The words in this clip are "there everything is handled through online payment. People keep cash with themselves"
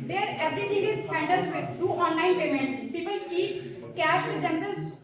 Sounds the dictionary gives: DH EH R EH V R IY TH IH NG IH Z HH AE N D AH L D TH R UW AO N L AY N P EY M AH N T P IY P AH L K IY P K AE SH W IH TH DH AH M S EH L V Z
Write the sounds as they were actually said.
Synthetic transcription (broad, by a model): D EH R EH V R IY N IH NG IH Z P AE N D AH D T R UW AO N L AY N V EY M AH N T P IY P AH L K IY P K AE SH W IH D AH M S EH L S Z